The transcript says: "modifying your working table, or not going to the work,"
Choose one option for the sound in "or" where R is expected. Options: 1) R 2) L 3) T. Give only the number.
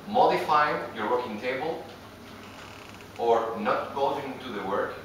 1